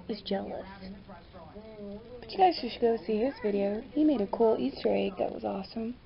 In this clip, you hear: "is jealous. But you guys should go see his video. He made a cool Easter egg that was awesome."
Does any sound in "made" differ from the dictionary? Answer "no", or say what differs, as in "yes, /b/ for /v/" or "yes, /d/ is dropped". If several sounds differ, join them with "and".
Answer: no